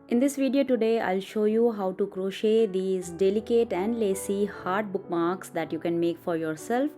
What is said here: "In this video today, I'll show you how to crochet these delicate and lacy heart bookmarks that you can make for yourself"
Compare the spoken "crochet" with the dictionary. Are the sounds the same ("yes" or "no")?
yes